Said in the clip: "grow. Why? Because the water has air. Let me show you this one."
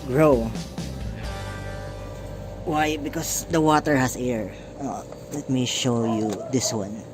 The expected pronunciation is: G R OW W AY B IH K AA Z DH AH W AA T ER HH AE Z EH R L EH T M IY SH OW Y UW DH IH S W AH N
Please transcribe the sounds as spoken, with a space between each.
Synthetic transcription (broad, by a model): G R OW W AY B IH K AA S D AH W AA T ER HH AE S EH R L EH T M IY SH OW Y UW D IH S W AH N